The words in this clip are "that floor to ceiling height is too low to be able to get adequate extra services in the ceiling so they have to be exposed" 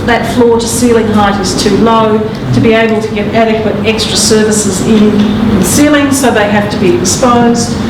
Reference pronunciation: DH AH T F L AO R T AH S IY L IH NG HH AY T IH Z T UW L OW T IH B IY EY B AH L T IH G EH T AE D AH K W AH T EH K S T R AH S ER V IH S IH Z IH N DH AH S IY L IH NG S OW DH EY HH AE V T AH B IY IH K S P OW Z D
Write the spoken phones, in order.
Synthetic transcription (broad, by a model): DH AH T F L AO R T AH S IY L IH NG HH AY T IH Z T UW L OW T IH B IY EY B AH L T IH G EH T AE D AH K W AH T EH K S T R AH S ER V IH S IH Z IH N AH S IY L IH NG S OW DH EY HH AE F T AH B IY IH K S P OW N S